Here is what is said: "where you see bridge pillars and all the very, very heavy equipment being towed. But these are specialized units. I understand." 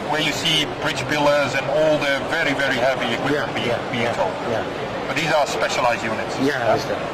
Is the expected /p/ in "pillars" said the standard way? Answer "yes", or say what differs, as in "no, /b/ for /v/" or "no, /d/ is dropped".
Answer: no, /b/ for /p/